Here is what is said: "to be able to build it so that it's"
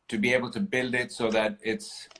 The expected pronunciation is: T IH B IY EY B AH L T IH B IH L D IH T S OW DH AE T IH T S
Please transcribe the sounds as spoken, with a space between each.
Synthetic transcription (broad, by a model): T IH B IY EY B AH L T IH B IH L D IH T S OW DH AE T IH T S